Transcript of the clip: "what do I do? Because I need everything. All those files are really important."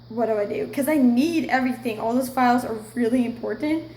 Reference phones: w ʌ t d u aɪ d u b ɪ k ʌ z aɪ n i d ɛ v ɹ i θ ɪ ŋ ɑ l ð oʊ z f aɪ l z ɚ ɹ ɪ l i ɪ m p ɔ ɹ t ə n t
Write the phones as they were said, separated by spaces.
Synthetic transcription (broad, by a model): w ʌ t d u aɪ d u k ʌ z aɪ n i d ɛ v ɹ i θ ɪ ŋ ɑ l ð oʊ s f aɪ l z ɚ ɹ ɪ l i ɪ m p ɔ ɹ t n t